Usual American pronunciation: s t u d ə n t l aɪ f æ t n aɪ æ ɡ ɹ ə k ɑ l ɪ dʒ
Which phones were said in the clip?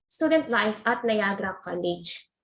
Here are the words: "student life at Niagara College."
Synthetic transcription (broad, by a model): s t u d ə n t l aɪ f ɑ t l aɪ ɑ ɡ ɹ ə k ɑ l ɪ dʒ